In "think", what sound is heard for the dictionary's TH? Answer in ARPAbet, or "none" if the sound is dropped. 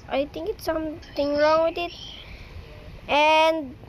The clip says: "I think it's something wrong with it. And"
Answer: T